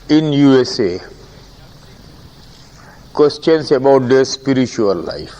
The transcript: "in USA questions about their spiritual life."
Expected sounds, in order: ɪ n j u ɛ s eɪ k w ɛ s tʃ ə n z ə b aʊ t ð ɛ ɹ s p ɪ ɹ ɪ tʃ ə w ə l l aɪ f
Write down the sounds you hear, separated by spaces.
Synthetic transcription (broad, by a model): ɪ n j u ɛ s eɪ k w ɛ s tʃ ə n s ə b aʊ t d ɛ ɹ s p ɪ ɹ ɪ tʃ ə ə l l aɪ f